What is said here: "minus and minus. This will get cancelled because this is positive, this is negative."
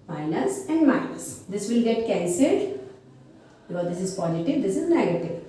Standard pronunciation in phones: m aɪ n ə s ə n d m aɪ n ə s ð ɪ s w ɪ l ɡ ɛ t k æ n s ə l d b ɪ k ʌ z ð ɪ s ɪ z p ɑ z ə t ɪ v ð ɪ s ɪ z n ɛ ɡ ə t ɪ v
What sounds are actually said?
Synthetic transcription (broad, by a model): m aɪ n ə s ə n d m aɪ n ə s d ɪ s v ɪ l ɡ ɛ t k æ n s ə d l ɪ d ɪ s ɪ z p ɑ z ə t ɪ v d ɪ s ɪ z n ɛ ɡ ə t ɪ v